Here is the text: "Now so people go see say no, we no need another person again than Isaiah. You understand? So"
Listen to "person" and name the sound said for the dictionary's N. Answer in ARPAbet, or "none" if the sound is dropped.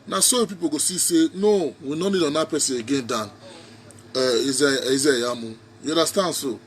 none